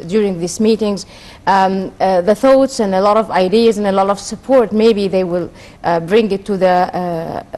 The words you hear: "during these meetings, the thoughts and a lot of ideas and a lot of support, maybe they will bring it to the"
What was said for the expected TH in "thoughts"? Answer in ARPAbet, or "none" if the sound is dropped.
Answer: TH